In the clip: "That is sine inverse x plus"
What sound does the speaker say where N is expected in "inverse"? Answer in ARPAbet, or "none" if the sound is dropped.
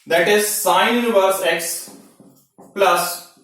none